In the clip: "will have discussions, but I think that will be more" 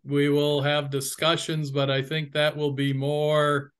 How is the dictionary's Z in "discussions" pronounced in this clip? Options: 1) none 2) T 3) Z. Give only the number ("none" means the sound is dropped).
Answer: 3